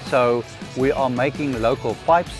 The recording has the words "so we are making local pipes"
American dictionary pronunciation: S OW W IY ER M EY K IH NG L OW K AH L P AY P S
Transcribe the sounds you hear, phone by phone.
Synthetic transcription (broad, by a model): S OW W IY ER M EY K IH NG L OW K AH L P AY P S